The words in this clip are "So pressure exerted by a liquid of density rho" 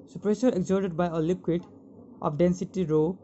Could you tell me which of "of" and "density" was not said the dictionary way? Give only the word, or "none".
of